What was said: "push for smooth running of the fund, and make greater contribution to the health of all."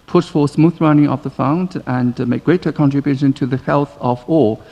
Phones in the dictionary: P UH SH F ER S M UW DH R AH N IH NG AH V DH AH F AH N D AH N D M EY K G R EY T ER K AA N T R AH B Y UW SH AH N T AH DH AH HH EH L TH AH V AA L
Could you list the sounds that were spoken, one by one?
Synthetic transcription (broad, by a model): P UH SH F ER S M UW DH R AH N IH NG AH V DH AH F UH N D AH N M EY K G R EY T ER K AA N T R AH B Y UW SH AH N T AH DH AH HH EH L TH AH V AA